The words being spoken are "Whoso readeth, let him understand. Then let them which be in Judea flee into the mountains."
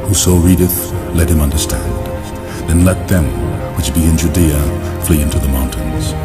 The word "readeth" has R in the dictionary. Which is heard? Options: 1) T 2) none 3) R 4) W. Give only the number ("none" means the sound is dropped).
3